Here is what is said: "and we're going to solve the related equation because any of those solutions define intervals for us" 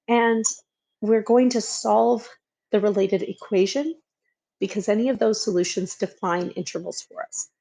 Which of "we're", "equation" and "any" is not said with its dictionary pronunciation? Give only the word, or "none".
none